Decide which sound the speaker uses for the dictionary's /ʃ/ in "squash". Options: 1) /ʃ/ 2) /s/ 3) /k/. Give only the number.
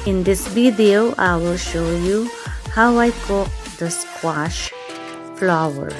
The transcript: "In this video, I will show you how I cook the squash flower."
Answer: 1